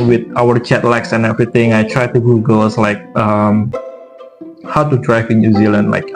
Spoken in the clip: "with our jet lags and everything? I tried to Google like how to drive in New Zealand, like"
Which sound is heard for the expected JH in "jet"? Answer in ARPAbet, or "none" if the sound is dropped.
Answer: CH